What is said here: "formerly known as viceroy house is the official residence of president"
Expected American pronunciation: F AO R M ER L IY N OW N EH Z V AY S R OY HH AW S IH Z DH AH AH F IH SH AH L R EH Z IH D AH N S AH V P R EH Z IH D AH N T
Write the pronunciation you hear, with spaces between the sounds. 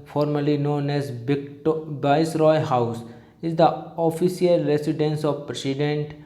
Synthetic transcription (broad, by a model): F AO R M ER L IY N OW N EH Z B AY S R OY HH AW S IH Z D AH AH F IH S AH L R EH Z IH D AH N S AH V P R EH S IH D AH N T